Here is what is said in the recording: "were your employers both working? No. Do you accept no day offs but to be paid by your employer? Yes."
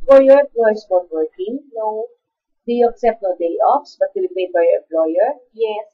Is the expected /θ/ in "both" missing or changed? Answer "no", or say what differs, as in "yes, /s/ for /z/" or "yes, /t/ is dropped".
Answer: yes, /t/ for /θ/